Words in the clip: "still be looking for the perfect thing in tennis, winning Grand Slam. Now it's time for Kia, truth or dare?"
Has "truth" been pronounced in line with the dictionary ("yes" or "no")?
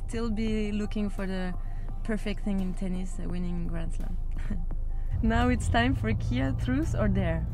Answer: no